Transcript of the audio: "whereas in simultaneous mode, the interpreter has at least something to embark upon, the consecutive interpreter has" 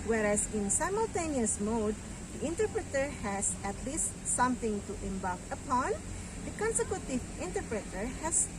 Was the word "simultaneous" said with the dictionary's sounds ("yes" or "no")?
yes